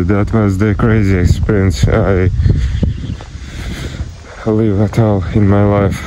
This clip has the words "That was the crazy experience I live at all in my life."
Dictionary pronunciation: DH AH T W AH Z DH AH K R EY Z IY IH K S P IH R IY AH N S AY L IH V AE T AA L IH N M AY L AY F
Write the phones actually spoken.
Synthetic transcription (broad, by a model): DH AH T W AH Z DH AH K R EY Z IY IH K S P IH R IY AH N S AY L IH V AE T AA L IH N M AY L AY F